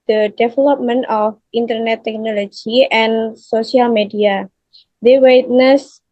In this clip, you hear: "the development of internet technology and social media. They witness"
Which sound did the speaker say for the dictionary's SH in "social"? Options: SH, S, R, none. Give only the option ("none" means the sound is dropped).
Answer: S